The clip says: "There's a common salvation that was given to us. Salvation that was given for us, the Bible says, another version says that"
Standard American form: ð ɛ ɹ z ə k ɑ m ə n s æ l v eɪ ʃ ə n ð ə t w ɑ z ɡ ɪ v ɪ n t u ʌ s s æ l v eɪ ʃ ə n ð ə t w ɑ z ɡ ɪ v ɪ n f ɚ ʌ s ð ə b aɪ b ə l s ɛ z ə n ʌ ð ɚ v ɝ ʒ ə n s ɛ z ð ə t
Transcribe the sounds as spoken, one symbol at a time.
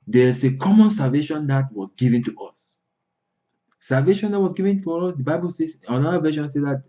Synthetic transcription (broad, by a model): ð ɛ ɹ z ə k ɑ m ə n s æ l v eɪ ʃ ə n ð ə t w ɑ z ɡ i v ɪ n t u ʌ s s æ l v eɪ ʃ ə n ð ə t w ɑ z ɡ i v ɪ n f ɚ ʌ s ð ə b aɪ b ə l s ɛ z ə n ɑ ɚ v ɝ ʃ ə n s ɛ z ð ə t